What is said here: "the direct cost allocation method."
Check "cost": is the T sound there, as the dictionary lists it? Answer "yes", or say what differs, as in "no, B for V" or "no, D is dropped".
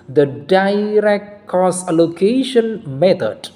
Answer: no, T is dropped